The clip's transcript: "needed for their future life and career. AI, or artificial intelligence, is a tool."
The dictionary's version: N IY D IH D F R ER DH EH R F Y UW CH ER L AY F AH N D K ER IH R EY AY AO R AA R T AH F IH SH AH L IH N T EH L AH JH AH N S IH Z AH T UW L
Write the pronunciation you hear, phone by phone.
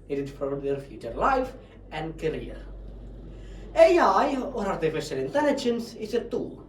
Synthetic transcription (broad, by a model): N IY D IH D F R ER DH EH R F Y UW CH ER L AY F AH N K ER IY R EY AY AO R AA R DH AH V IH S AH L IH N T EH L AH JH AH N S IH S AH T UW